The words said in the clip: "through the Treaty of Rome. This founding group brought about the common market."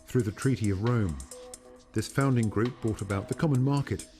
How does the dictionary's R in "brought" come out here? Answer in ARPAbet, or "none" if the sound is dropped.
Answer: none